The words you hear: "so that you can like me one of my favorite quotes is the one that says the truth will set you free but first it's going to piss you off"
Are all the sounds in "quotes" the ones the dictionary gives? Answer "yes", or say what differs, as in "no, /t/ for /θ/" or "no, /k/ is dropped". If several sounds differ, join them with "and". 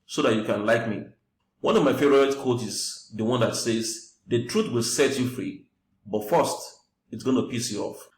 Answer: no, /s/ is dropped